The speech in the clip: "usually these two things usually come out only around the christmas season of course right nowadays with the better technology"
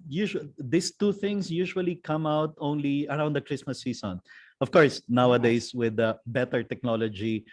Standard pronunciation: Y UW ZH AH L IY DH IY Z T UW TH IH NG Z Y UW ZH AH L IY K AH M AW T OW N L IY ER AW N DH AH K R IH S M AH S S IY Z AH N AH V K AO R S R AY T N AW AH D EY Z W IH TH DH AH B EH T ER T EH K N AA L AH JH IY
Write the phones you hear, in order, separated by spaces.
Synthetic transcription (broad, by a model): Y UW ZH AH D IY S T UW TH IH NG S Y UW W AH L IY K AH M AW T OW N L IY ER AW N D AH K R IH S M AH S S IY S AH N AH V K AO R S N AW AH D EY S W IH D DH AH B EH T ER T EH K N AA L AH JH IY